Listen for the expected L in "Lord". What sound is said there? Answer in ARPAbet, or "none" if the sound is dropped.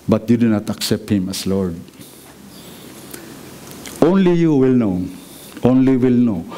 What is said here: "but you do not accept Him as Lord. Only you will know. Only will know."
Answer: L